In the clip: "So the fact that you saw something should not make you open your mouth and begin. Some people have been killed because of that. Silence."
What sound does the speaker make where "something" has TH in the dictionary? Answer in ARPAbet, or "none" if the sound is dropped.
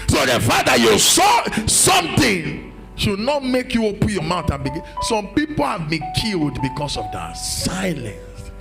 T